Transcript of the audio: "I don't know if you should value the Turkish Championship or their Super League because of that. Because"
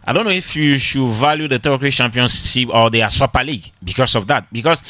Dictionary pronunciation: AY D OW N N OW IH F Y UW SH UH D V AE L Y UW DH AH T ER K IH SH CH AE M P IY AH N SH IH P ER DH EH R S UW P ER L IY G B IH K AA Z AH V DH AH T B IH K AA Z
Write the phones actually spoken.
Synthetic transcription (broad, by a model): AY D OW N N OW IH F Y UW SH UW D V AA L Y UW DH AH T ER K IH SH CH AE M P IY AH N S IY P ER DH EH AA S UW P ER L IY G B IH K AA S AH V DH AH T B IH K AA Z